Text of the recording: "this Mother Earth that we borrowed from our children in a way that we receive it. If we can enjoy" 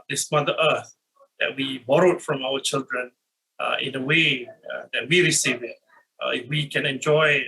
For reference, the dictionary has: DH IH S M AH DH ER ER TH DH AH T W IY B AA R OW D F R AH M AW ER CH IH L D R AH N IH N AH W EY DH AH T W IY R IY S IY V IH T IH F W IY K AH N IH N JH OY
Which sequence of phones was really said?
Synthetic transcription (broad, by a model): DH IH S M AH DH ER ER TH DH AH T W IY B AA R OW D F R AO M AW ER CH IH L D R AH N IH N AH W EY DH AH T W IY R IY S IY V IH T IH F W IY K AH N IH N JH OY